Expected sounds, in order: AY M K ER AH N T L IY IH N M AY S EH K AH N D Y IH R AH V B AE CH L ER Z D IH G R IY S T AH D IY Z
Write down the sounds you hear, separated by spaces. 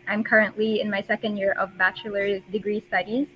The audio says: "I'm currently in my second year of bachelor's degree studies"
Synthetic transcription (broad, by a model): AY M K ER AH N T L IY IH N M AY S EH K AH N D Y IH R AH V B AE CH L ER D IH G R IY S T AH D IY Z